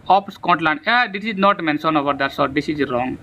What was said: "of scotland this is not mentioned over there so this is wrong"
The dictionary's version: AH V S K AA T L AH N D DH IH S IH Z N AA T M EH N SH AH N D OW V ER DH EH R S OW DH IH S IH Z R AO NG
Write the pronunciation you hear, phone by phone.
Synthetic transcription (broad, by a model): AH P S K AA T L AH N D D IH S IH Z N AA T M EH N S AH N OW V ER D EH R S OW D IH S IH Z R AO NG